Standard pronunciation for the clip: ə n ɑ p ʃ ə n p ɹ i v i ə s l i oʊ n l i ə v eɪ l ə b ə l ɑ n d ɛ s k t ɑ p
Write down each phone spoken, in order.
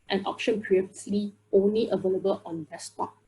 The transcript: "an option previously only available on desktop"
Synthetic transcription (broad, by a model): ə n ɑ p ʃ ə n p ɹ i i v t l i oʊ n l i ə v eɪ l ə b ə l ɑ n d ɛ s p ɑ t